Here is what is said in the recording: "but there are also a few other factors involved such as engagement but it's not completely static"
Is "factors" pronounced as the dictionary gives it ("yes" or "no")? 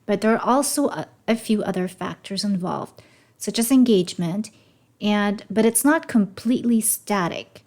yes